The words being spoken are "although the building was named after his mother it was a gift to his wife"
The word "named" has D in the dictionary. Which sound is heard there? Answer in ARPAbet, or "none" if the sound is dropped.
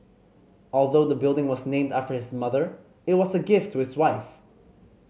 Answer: D